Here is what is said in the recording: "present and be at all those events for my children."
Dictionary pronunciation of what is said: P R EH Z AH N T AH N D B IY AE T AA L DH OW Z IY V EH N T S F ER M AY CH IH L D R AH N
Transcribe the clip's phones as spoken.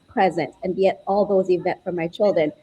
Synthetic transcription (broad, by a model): P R EH Z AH N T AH N B IY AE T AA L DH OW Z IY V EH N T F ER M AY CH IH L D R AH N